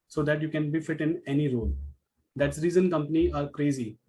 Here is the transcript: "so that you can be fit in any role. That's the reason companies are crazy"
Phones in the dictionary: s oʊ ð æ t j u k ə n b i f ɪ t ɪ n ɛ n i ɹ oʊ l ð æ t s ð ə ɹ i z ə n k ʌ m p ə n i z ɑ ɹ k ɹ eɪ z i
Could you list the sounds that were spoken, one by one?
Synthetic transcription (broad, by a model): s oʊ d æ t j u k ə n b i f ɪ t ɪ n ɛ n i ɹ oʊ l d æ t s ɹ i z ə n k ʌ m p ə n i ɑ ɹ k ɹ eɪ z i